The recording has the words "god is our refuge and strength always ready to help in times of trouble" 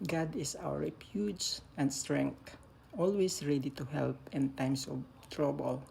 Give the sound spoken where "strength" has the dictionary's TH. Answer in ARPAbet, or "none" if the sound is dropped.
T